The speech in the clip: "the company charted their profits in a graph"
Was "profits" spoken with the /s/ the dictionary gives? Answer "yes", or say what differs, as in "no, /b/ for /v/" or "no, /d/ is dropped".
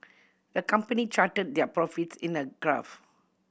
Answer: yes